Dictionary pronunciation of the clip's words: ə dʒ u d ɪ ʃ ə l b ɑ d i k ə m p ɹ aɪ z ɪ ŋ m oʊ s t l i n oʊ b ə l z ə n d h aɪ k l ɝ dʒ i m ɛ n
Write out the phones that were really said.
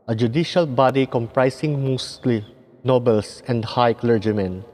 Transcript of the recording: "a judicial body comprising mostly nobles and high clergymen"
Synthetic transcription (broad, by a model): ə dʒ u d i ʃ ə l b ɑ d i k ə m p ɹ aɪ s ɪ ŋ m oʊ s t l i n oʊ b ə l s ə n d h aɪ k l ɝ dʒ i m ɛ n